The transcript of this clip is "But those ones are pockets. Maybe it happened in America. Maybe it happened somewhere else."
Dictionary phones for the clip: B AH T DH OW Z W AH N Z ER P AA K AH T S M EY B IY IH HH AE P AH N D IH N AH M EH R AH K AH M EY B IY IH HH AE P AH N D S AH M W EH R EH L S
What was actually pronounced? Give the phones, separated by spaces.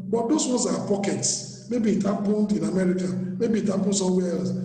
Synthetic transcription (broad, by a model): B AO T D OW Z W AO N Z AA P AA K AH T S M EY B IY IH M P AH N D IH N AH M EH R AH K AH M EY B IY IH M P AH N S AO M W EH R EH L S